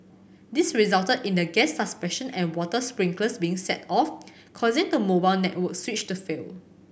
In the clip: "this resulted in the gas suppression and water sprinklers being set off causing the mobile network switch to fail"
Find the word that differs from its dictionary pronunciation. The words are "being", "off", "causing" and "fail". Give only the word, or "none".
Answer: none